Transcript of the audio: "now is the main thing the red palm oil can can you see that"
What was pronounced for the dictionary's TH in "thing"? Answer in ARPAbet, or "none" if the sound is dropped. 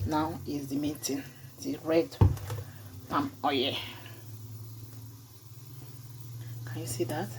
T